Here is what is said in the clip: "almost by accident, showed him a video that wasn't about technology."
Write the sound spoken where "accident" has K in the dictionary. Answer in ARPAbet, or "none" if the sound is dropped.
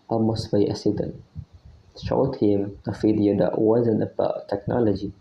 none